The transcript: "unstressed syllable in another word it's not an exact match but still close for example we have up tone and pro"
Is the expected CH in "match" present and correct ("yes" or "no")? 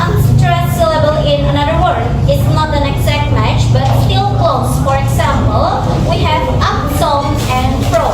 yes